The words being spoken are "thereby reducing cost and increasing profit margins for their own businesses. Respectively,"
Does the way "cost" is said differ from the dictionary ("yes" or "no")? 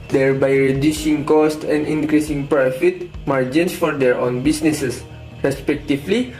no